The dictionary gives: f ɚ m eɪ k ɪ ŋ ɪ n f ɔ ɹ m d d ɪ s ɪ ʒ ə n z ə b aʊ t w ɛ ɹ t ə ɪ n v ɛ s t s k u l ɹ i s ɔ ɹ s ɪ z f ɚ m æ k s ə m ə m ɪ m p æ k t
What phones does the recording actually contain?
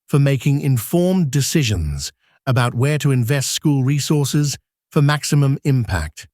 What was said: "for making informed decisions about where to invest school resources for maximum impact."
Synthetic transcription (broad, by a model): f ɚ m eɪ k ɪ ŋ ɪ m f ɔ ɹ m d d ɪ s ɪ ʒ ə n z ə b aʊ t w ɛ ɹ t ə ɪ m v ɛ s t s k u l ɹ i s ɔ ɹ s ɪ z f ɚ m æ k s ə m ə m ɪ m p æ k t